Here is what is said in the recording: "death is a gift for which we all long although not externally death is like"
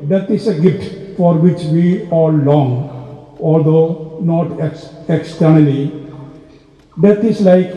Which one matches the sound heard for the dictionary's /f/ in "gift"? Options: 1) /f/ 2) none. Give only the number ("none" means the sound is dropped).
2